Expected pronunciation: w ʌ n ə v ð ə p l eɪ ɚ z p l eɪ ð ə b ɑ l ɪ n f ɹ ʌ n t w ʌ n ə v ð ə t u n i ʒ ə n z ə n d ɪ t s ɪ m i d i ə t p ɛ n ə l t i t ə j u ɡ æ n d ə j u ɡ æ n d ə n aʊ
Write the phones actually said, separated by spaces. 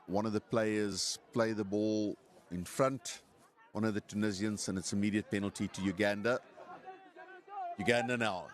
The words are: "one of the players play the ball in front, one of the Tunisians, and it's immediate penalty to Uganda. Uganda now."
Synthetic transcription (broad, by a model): w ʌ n ə v ð ə p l eɪ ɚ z p l eɪ ð ə b ɑ l ɪ n f ɹ ʌ n t w ʌ n ə v ð ə t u n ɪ z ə n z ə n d ɪ t s ɪ m i d i ə t p ɛ n ə l t i t ə j u ɡ æ n d ə j u ɡ æ n d ə n aʊ